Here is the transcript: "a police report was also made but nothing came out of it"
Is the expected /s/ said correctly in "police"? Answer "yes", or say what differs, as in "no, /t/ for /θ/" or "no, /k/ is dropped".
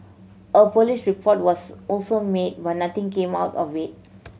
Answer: no, /ʃ/ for /s/